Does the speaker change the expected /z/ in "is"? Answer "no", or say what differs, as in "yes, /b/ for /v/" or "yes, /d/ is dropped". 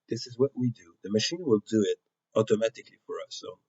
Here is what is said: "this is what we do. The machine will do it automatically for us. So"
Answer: no